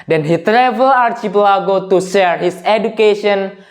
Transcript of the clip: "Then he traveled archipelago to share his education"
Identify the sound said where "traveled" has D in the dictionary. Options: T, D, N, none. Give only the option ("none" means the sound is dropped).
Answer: none